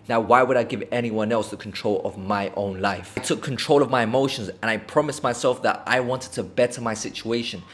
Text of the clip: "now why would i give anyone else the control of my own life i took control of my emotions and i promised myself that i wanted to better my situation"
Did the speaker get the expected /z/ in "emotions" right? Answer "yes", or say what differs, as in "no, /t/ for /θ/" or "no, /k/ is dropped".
yes